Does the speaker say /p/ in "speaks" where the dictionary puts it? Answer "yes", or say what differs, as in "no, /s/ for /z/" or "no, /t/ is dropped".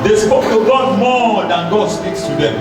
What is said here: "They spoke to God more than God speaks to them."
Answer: yes